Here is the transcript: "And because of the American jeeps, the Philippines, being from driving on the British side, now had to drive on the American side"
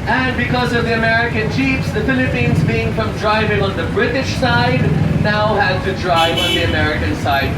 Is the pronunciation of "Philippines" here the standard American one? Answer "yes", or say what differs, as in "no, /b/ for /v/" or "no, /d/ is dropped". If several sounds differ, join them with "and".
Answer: yes